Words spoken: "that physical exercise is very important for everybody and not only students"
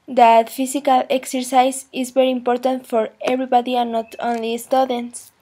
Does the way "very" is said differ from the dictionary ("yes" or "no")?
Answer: yes